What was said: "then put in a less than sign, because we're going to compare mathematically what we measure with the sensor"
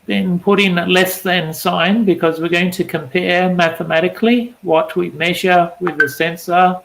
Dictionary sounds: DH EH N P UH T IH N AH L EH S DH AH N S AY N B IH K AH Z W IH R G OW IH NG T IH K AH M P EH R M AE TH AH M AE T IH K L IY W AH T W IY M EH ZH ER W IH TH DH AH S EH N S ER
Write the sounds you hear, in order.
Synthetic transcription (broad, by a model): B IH N P UH T IH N AH L EH S DH AH N S AY N B IH K AH Z W IH R G OW IH NG T IH K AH M P EH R M AE TH AH M AE T IH K L IY W AH T W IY M EH ZH ER W IH DH AH S EH N S ER